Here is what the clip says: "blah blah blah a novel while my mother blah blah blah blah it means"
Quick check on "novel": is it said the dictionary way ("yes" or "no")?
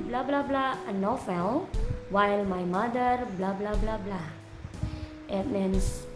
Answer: no